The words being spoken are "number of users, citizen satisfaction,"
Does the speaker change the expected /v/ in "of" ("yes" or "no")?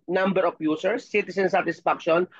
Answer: yes